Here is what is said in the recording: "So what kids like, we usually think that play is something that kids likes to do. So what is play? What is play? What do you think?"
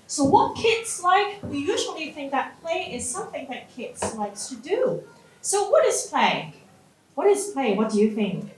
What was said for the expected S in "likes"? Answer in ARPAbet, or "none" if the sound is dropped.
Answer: S